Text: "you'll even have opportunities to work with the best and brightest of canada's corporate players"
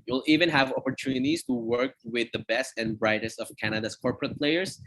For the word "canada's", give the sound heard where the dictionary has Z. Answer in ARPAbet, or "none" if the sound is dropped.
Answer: S